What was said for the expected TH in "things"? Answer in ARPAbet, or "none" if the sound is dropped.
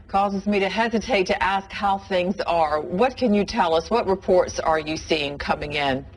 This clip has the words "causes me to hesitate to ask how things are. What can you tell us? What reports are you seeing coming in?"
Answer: TH